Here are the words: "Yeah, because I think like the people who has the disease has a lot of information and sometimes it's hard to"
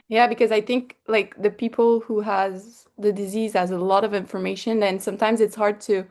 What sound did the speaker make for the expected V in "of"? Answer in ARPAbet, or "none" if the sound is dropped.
V